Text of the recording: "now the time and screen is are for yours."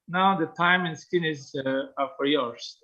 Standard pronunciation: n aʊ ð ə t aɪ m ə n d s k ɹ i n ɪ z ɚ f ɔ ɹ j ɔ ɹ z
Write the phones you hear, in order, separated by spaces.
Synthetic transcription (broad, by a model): n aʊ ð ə t aɪ m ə n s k i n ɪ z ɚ f ɔ ɹ j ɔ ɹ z